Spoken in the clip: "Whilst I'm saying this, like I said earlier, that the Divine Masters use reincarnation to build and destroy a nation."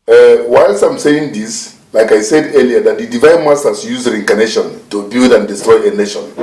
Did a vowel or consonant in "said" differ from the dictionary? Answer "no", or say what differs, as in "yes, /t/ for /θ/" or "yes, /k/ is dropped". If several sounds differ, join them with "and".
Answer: no